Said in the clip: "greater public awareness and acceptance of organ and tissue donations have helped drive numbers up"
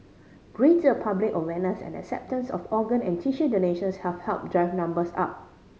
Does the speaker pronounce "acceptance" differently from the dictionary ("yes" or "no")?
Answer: no